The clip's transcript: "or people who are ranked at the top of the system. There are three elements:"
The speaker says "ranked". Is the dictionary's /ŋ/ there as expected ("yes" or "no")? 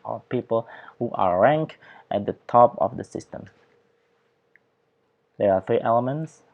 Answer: yes